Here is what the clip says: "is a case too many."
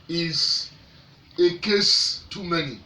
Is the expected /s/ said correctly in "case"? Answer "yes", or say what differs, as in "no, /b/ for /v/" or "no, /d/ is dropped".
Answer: yes